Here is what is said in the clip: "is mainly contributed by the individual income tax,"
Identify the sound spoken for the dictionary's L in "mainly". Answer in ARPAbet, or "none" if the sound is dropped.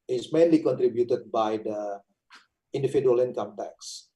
L